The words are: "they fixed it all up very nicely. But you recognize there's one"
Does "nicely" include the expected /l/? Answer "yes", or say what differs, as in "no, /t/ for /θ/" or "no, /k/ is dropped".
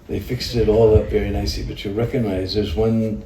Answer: no, /l/ is dropped